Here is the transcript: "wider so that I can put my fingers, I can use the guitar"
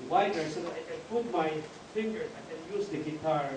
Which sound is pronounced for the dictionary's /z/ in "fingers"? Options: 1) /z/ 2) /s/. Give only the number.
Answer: 2